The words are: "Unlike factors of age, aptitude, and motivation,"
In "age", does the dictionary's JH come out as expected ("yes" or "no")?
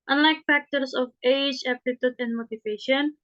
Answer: yes